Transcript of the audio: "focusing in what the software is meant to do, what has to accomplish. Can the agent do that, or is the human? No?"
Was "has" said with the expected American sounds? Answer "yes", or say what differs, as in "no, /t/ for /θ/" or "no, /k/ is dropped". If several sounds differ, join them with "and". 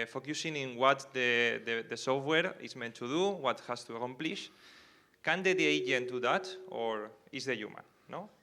no, /s/ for /z/